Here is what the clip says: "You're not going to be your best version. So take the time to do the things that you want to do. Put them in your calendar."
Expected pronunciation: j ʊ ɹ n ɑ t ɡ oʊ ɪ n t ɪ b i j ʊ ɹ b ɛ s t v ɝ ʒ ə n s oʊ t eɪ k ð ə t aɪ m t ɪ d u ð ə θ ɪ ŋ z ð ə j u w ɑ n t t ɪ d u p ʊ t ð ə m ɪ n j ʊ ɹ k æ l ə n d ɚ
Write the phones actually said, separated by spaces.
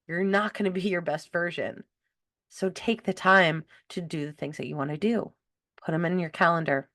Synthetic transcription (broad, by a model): j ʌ ɹ n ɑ t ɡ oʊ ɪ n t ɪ b i j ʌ ɹ b ɛ s t v ɝ ʒ ə n s oʊ t eɪ k ð ə t aɪ m t ɪ d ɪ ð ə θ ɪ ŋ z ð ə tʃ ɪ w ɑ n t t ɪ d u p ʊ t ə m ɪ n j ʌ ɹ k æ l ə n d ɚ